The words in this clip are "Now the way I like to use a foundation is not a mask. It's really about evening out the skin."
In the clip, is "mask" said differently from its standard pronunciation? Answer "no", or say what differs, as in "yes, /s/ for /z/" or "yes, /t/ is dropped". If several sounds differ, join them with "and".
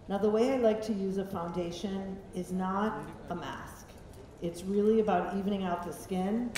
no